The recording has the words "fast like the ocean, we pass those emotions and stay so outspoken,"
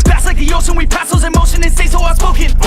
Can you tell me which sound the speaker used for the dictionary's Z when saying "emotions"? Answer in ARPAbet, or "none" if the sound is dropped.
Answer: none